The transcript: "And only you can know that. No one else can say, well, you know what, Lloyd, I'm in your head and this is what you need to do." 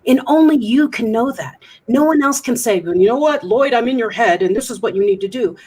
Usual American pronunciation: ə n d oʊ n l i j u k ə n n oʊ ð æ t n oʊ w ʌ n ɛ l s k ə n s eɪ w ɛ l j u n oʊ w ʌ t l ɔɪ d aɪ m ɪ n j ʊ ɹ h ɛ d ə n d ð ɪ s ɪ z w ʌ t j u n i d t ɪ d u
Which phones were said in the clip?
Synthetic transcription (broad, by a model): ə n oʊ n l i j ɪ k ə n n oʊ ð æ t n oʊ w ʌ n ɛ l s k ə n s eɪ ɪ n j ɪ n oʊ w ʌ t l ɔɪ d aɪ m ɪ n j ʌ ɹ h ɛ d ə n ð ɪ s ɪ z w ʌ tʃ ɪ n i d t ɪ d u